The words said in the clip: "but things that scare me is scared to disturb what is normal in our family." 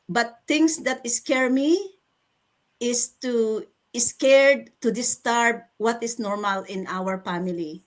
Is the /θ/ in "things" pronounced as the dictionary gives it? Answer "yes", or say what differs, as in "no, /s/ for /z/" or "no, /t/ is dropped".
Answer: no, /t/ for /θ/